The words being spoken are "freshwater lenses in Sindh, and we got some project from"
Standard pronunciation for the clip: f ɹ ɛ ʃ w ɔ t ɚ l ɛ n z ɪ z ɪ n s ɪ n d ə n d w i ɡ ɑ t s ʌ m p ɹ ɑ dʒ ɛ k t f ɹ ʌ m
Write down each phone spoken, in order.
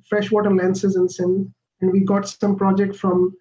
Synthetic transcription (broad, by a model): f ɹ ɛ ʃ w ɔ t ɚ l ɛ n s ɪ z ɪ n s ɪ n ə n d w i ɡ ɑ t s ʌ m p ɹ ɑ dʒ ɛ k t f ɹ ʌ m